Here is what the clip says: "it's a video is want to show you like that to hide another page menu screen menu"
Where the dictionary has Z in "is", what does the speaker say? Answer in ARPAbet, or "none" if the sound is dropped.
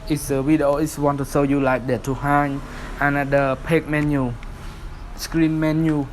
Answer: S